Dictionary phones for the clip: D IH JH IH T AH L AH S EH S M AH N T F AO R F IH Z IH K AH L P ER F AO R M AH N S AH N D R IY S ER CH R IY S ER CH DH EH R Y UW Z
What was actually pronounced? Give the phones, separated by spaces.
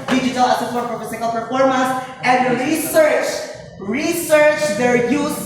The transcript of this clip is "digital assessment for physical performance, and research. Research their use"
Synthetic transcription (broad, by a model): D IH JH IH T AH L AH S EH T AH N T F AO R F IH S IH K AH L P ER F AO R M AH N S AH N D R IY S ER CH R IY S ER CH DH EH R Y UW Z